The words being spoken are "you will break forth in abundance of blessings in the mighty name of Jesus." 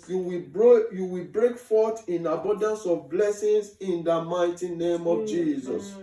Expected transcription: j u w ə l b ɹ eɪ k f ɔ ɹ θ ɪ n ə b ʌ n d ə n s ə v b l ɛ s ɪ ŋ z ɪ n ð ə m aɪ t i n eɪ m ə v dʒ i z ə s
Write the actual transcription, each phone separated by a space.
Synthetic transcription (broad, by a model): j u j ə w b ɹ eɪ k f ɔ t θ ɪ n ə b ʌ n d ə n s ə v b l ɛ s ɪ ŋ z ɪ n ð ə m aɪ t i n eɪ m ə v dʒ i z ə s